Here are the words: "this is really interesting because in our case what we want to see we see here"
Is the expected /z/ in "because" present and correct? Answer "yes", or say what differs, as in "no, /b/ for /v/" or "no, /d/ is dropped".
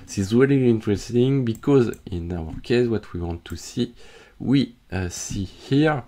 yes